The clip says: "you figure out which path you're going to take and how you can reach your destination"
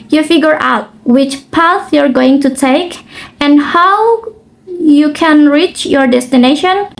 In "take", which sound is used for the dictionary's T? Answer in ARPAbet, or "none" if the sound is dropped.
T